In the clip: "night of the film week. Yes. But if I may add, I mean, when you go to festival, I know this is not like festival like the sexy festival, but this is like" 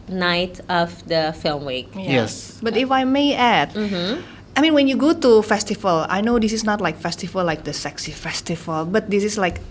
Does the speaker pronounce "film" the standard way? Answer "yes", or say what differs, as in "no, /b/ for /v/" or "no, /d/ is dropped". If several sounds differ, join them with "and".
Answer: yes